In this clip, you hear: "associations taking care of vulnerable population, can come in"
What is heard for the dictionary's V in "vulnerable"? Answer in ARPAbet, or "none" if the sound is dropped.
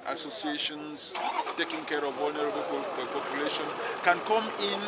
W